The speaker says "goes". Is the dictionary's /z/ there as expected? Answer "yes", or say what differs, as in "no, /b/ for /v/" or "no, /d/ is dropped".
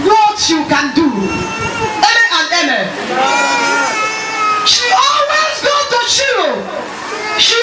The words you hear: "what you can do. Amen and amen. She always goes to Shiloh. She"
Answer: no, /z/ is dropped